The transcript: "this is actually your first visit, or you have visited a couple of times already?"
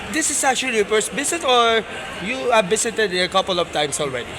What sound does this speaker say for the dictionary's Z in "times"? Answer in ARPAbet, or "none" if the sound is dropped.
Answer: S